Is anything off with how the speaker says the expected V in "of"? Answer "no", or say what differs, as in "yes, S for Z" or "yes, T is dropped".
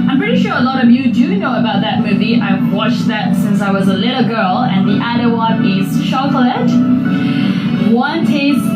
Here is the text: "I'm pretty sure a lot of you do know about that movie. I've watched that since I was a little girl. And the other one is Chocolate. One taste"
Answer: no